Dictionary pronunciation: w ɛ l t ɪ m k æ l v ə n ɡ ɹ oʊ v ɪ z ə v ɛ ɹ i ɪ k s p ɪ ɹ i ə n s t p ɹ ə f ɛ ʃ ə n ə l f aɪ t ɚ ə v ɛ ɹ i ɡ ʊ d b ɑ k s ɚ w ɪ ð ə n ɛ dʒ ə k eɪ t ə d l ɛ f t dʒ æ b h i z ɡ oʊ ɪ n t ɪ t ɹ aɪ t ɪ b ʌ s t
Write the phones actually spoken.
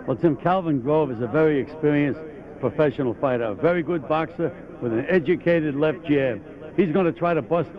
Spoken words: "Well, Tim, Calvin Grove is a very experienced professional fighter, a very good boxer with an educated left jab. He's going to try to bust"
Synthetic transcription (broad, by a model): w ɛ l t ɪ m k æ l v ə n ɡ ɹ oʊ v ɪ z ə v ɛ ɹ i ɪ k s p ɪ ɹ i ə n s p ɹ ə f ɛ ʃ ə n l f aɪ t ɚ ə v ɛ ɹ i ɡ ʊ d b ɑ k s ɚ w ɪ ð ə n ɛ dʒ ə k eɪ t ə d l ɛ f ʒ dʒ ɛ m h i z ɡ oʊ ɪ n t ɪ t ɹ aɪ t ɪ b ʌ s